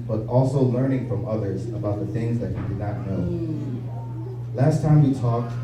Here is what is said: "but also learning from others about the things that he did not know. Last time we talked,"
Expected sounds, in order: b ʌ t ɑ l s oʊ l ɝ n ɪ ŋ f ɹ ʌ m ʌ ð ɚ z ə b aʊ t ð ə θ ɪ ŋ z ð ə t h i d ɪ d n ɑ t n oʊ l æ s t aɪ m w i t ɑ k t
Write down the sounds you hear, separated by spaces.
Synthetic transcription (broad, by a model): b ʌ t ɑ l s oʊ l ɝ n ɪ ŋ f ɹ ʌ m ʌ ð ɚ z ə b aʊ t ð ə θ ɪ ŋ z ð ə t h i d ɪ d n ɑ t n oʊ l æ s t aɪ m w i t ɑ k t